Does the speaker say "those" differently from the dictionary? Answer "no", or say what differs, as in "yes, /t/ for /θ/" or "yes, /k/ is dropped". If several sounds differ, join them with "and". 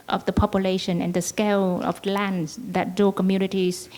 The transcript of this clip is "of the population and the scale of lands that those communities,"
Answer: yes, /z/ is dropped